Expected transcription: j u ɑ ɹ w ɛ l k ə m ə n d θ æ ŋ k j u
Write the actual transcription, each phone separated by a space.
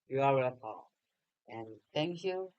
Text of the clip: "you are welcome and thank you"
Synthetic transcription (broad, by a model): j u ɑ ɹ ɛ k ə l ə n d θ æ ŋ k j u